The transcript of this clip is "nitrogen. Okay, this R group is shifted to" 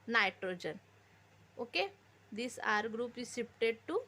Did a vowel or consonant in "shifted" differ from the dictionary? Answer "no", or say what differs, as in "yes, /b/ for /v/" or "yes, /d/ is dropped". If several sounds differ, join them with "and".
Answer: yes, /p/ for /f/